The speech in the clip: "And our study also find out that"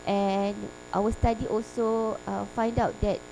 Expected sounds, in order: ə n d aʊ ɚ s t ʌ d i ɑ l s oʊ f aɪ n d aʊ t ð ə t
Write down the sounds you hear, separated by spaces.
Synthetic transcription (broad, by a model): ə n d aʊ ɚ s t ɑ d i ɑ l s oʊ f aɪ n d aʊ t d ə t